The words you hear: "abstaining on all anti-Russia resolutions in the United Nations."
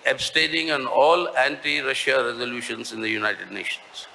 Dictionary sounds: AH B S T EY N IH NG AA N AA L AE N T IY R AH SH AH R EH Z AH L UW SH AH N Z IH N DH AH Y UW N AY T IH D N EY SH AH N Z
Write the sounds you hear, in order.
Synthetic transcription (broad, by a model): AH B S T EY N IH NG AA N AA L AE N T IY R AH SH AH R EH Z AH L UW SH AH N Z IH N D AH Y UW N AY T IH D N EY SH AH N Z